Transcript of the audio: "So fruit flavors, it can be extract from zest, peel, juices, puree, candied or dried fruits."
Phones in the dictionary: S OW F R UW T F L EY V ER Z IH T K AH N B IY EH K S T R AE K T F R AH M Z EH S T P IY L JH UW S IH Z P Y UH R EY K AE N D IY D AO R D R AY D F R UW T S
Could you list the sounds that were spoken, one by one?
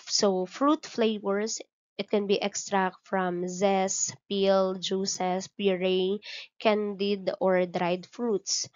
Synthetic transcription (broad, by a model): S OW F R UW T F L EY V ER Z IH T K AH N B IY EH K S T R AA K T F R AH M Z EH S P IY L JH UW S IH S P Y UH R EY K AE N D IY D AO R D R AY D F R UW T S